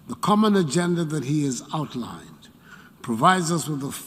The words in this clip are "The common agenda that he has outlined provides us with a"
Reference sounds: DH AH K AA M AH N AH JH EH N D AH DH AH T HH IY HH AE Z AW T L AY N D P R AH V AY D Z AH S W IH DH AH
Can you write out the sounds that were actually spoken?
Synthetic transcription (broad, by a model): DH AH K AA M AH N AH JH EH N D AH DH AH T HH IY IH Z AW T L AY N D P R AH V AY D Z AH S W IH DH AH